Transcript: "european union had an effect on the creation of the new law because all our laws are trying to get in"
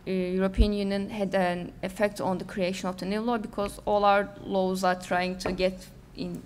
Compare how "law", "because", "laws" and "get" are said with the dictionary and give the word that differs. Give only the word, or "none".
none